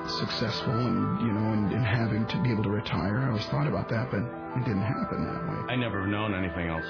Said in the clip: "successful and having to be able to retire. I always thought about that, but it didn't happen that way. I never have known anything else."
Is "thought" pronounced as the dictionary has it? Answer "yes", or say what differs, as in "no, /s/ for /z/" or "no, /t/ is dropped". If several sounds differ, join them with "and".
yes